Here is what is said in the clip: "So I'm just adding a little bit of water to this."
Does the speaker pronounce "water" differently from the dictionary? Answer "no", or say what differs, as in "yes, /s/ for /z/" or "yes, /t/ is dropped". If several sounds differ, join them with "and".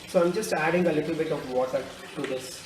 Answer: yes, /s/ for /t/